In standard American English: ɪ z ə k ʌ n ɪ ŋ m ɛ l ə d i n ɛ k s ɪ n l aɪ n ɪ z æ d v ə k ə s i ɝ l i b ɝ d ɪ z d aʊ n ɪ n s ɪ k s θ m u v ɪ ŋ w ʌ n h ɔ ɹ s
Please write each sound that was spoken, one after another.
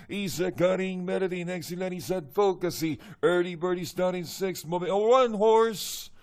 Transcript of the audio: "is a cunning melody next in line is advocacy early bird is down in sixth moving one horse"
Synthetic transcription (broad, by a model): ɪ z ə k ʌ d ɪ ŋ m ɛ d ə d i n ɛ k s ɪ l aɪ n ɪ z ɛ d f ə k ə s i ɝ l i b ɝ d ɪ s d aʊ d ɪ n s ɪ k s t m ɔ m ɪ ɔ w ʌ n h ɔ ɹ s